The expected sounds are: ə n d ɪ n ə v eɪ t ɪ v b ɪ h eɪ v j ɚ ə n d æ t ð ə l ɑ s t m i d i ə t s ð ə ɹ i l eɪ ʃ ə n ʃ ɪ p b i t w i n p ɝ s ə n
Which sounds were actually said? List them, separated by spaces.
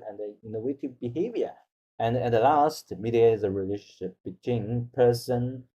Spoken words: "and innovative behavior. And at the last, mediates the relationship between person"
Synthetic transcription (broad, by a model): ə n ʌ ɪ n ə w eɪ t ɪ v b ɪ h eɪ v j ɚ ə n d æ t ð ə l ɑ s t m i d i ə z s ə ɹ i l eɪ ʃ ə n ʃ ɪ p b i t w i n p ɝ s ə n